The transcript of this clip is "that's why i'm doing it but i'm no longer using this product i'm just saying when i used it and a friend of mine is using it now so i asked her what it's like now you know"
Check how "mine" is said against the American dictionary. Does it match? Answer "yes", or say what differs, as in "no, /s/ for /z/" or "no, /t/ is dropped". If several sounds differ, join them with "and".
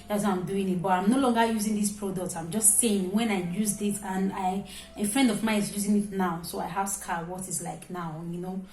no, /n/ is dropped